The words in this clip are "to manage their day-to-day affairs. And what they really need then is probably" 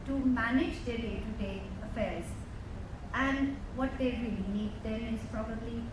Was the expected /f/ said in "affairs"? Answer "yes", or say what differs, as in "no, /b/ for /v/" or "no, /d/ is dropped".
yes